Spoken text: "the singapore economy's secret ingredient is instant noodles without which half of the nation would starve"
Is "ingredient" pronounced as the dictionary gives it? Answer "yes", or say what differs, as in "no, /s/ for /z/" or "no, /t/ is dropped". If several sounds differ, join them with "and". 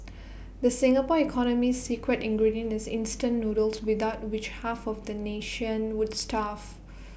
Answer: no, /t/ is dropped